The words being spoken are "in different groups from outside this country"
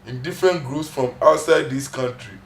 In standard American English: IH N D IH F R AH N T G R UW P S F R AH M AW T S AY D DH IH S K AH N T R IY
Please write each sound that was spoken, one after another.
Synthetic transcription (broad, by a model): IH N D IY F R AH N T G R UW P S F R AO M AW T S AY D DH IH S K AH N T R IY